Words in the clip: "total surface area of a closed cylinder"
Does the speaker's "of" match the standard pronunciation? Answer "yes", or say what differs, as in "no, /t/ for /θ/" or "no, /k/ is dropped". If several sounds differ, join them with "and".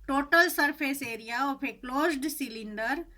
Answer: no, /p/ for /v/